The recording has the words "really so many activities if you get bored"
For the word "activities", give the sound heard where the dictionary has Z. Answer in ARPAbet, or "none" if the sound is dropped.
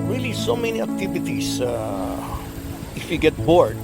S